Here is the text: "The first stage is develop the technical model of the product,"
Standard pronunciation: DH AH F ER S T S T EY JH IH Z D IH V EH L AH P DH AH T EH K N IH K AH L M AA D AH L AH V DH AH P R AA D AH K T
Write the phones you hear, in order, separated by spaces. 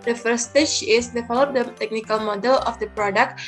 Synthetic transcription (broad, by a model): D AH F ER T S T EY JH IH S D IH F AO L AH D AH T EH K N IH K AH L M AA D AH L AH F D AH P R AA D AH K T